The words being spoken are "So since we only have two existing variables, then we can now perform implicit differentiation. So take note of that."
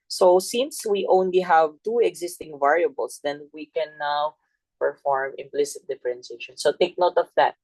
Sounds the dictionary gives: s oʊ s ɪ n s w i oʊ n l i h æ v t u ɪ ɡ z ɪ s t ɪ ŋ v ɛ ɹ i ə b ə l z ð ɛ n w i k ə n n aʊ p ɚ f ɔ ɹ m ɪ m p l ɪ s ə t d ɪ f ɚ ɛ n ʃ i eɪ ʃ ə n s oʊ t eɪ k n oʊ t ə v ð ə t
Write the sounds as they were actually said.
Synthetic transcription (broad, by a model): s oʊ s ɪ n s w i oʊ n l i h æ v t u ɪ ɡ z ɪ s t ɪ ŋ v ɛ ɹ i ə b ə l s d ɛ n w i k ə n n aʊ p ɚ f ɔ ɹ m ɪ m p l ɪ s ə t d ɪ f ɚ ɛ n s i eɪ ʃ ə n s oʊ t eɪ k n oʊ t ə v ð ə t